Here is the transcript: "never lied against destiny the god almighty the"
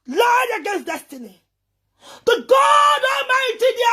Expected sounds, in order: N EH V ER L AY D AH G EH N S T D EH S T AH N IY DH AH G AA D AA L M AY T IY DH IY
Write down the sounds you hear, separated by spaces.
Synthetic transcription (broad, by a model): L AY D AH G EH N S D EH S T AH N IY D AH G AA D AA M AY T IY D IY